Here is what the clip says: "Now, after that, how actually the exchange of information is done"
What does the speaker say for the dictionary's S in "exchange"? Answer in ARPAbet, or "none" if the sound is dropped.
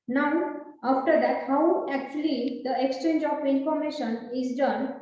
S